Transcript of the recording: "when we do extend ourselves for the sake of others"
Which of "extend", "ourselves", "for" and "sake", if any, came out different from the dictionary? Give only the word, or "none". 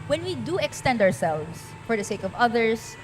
ourselves